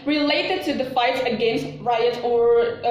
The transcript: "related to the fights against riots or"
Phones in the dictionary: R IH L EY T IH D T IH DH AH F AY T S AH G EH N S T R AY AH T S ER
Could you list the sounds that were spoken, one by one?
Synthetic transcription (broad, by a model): R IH L EY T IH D T IH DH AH F AY T S AH G EH N S T R AY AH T ER